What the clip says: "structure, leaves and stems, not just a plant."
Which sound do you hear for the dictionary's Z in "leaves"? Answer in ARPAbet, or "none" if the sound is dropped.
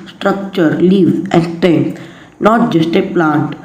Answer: none